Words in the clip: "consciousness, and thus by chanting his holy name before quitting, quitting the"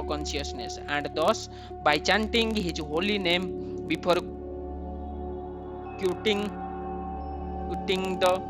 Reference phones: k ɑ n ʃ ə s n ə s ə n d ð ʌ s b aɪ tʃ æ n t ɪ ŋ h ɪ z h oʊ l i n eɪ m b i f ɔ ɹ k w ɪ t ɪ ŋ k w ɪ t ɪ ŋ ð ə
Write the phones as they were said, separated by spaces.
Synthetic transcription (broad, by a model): k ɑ n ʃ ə s n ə s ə n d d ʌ s b aɪ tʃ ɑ n t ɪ ŋ h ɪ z h oʊ l i n eɪ m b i p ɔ ɹ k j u t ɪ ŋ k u t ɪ ŋ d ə